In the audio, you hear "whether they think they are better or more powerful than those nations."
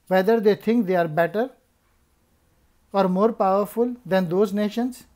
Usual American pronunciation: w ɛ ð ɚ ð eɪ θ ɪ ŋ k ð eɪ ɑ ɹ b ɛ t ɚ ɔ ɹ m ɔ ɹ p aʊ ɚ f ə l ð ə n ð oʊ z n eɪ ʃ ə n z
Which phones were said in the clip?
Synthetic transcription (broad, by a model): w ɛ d ɚ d eɪ t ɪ ŋ k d eɪ ɑ ɹ b ɛ t ɚ ɔ ɹ m ɔ ɹ p aʊ ɚ f ə l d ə n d oʊ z n eɪ ʃ ə n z